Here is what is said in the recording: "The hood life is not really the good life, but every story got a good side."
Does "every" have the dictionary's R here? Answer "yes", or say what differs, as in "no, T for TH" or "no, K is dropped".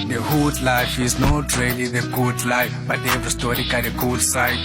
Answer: no, R is dropped